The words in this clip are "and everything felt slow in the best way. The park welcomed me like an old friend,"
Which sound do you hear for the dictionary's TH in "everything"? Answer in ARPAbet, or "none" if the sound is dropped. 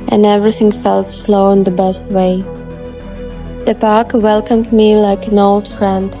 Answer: TH